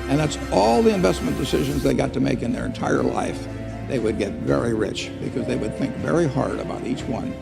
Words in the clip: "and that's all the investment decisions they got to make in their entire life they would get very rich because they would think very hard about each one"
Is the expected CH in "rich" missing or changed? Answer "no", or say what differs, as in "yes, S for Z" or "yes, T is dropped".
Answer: no